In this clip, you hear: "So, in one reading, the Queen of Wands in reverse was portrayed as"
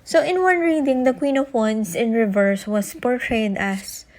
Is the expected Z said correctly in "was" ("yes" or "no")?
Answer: no